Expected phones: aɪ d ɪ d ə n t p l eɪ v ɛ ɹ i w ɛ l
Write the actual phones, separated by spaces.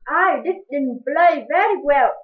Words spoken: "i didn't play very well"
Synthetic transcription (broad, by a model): aɪ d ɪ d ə n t b l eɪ v ɛ ɹ i w ɛ l